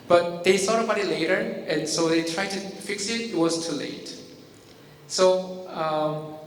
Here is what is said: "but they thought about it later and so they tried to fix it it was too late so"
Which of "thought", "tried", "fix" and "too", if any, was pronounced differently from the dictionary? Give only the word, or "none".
thought